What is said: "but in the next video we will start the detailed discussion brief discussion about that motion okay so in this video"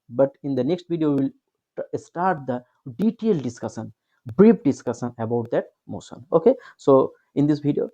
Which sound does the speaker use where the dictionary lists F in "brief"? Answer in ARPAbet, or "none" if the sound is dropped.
P